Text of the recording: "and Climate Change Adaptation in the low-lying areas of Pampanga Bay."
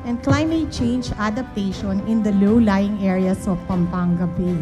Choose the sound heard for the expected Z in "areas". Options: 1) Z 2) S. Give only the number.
2